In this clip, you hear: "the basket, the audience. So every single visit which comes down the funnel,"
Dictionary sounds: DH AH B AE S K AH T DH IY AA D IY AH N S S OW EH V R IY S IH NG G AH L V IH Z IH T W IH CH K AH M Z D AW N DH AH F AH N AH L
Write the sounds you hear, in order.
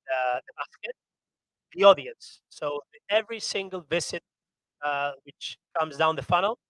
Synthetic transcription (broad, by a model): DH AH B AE S K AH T DH IY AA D IY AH N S S OW EH V R IY S IH NG G AH L V IH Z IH T W IH CH K AH M Z D AW N DH AH F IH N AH L